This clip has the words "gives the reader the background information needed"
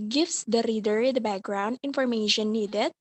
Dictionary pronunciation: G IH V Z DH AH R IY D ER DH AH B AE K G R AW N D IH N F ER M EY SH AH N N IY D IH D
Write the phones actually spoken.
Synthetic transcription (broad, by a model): G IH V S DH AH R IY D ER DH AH B AE K G R AW N D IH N F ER M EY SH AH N N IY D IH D